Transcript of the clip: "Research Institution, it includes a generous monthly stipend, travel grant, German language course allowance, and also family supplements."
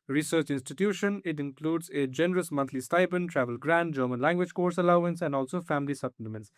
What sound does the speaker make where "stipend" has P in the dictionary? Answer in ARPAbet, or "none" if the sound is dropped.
B